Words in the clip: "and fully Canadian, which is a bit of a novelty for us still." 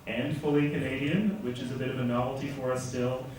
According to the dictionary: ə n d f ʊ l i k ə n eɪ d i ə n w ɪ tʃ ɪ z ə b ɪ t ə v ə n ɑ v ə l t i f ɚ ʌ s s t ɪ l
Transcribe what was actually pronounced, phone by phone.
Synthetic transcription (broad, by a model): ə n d f ʊ l i k ə n eɪ d i ə n w ɪ tʃ ɪ z ə b ɪ t ə v ə n ɑ v l t i f ɚ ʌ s s t ɪ l